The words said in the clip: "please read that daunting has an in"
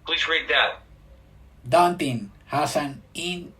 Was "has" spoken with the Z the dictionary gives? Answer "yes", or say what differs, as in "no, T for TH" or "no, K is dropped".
no, S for Z